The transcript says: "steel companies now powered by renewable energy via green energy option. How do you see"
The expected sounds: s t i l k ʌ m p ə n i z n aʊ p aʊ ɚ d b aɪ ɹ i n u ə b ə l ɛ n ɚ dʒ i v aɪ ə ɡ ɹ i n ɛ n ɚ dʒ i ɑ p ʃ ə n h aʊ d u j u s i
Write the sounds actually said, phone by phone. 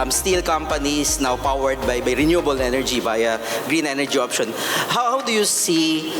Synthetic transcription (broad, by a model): s t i l k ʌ m p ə n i s n aʊ p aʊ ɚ d b aɪ ɹ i n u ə b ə l ɛ n ɚ dʒ i b aɪ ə ɡ ɹ i n ɛ n ɚ dʒ i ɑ p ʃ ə n h aʊ d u j u s i